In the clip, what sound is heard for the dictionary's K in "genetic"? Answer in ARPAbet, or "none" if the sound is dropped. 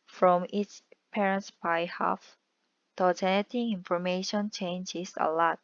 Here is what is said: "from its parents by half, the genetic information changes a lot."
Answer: none